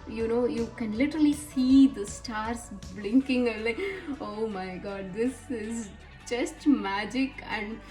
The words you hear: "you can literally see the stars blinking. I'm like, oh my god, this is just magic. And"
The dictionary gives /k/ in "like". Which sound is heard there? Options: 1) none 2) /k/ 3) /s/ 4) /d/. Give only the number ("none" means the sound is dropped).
1